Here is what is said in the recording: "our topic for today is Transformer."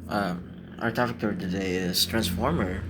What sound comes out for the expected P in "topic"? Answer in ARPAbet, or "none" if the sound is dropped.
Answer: F